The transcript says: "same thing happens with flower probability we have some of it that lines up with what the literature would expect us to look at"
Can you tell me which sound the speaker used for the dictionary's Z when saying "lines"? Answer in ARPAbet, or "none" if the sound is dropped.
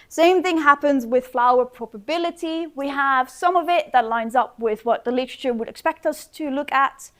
Z